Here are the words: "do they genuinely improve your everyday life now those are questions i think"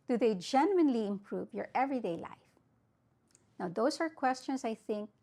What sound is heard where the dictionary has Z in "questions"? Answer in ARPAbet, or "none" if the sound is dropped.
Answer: S